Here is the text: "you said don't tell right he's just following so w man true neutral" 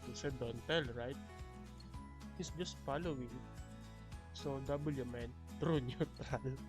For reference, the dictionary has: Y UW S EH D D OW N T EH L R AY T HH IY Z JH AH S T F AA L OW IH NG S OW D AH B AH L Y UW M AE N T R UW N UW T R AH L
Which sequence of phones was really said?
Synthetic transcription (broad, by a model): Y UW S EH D D OW N T EH L R AY T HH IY S JH AH S T F AA L OW IH NG S OW D AH B AH L Y UW M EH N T R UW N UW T R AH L